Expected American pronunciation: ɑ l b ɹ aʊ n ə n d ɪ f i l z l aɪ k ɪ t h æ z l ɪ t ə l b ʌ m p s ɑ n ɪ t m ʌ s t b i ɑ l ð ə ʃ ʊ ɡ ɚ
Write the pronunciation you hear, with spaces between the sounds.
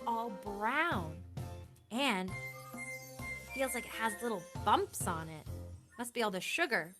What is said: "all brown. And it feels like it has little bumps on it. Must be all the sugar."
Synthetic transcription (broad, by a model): ɑ l b ɹ aʊ n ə n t f i l z l aɪ k ɪ t h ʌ z l ɪ t l b ʌ m p s n ɪ t m ʌ s t b i ɑ l ð ə ʃ ʊ ɡ ɚ